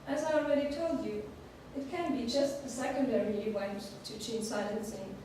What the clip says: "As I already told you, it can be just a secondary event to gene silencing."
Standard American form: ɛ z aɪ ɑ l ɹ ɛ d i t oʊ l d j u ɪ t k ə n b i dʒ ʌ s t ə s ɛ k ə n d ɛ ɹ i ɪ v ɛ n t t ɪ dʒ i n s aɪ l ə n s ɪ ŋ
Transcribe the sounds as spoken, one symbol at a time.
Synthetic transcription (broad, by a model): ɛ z aɪ ɑ l ɹ ɛ d i t oʊ l d j u ɪ t k ə n b i dʒ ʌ s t ə s ɛ k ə n d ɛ ɹ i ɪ w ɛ n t t ɪ tʃ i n s aɪ l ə n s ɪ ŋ